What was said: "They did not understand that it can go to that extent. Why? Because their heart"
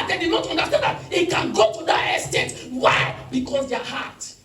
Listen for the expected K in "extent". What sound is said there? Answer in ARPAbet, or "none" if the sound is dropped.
none